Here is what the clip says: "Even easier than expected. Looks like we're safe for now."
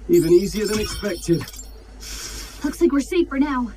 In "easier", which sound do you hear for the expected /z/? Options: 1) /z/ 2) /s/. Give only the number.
1